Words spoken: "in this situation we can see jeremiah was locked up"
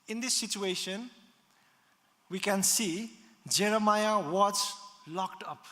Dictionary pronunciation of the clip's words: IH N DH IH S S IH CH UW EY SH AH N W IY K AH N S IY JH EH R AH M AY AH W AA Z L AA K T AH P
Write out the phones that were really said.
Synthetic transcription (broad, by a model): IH N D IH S S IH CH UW EY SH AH N W IY K AH N S IY JH EH R AH M AY AH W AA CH L AA K T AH P